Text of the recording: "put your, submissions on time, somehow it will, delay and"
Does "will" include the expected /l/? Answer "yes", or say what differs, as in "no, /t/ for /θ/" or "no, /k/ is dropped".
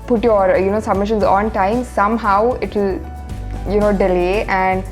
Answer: no, /n/ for /l/